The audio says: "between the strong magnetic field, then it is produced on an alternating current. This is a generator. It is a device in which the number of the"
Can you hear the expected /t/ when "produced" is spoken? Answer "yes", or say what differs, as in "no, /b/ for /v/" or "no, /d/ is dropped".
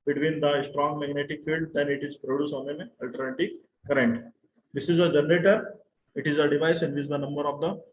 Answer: no, /t/ is dropped